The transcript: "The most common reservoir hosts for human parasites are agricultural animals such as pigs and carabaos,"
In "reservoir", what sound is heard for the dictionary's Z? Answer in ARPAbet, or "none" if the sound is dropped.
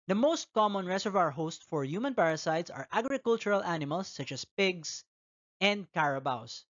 S